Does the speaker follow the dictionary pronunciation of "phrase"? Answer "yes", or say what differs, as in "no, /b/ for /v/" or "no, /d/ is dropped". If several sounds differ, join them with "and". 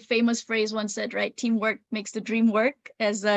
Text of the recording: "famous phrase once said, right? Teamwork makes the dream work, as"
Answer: yes